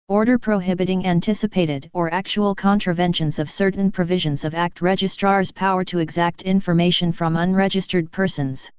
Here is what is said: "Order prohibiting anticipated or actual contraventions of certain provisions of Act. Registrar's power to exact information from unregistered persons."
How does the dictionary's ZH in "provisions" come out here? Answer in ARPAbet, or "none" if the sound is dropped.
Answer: ZH